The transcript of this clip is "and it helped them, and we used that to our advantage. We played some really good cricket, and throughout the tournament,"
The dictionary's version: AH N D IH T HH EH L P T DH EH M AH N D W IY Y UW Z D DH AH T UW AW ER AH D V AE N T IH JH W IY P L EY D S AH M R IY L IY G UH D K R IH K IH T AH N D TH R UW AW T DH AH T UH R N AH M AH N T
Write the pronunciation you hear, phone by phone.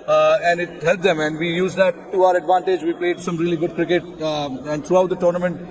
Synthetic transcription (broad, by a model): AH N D IH T HH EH L T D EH M AH N D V IY Y UW Z D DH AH T UW AW ER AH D V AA N T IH JH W IY P L EY D S AH M R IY L IY G UH D K R IH K IH T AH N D T R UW AW T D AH T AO R N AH M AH N T